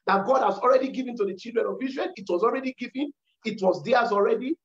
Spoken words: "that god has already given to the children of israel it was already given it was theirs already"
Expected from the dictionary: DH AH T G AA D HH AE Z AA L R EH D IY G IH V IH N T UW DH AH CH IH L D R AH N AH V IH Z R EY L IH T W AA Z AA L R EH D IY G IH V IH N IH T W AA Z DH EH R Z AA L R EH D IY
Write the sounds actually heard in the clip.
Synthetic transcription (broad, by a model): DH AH T G AA D HH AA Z AA L R EH D IY G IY V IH N T UW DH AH CH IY L D R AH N AH V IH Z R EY N IH T W AA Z AA L R EH D IY G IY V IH N IH T W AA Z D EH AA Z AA L R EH D IY